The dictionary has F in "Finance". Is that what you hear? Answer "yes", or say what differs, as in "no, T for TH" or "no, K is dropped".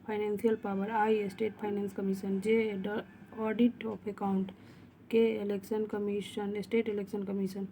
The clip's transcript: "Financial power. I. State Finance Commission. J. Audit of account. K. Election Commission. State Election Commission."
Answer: no, P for F